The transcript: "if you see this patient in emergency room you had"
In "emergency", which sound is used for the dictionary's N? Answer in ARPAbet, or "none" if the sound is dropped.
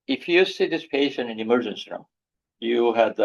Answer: N